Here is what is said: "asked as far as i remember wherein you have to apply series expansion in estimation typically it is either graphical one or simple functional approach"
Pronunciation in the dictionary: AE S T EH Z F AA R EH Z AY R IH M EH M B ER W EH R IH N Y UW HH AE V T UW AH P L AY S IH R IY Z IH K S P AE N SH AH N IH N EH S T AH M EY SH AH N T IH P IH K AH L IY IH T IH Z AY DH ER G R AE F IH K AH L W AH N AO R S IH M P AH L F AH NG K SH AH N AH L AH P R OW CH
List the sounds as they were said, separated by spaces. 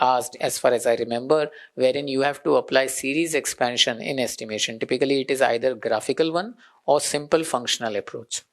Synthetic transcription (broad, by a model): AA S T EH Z F AA R EH Z AY R IH M EH M B ER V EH R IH N Y UW HH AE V T UW AH P L AY S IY R IY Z IH K S P AE N SH AH N IH N EH S T AH M EY SH AH N T IH P IH K AH L IY IH T IH Z AY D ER G R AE F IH K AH L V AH N AO R S IH M P AH L F AH NG K SH AH N AH L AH P R OW CH